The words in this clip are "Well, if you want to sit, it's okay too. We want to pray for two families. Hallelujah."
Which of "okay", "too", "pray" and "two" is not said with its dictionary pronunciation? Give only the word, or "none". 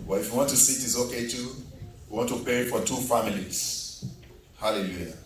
pray